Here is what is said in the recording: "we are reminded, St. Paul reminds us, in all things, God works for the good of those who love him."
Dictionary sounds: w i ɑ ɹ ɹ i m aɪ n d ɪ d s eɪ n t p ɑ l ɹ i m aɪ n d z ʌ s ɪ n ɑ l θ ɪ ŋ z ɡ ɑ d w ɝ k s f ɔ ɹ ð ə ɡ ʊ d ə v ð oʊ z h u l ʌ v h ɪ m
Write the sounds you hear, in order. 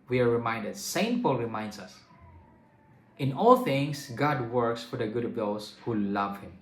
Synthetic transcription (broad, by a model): w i ɑ ɹ ɹ i m aɪ n d ɪ d s eɪ n t p ɑ l ɹ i m aɪ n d s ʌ s ɪ n ɑ l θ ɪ ŋ s ɡ ɑ d w ɝ k s f ɔ ɹ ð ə ɡ ʊ d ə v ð oʊ s h u l ʌ v h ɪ m